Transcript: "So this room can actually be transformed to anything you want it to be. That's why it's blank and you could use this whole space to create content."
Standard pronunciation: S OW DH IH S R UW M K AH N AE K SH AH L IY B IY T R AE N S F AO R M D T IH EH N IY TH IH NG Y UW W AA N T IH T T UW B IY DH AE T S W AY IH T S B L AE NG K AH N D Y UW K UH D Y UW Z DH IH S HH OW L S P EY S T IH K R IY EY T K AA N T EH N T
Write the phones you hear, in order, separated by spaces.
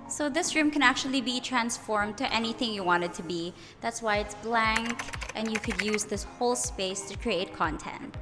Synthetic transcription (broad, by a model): S OW DH IH S R UW M K AH N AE K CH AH L IY B IY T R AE N S F AO R M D T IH EH N IY TH IH NG Y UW W AA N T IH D T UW B IY DH AE T S W AY IH T S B L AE NG K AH N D Y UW K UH D Y UW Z DH IH S HH OW L S P EY S T IH K R IY EY T K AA N T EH N T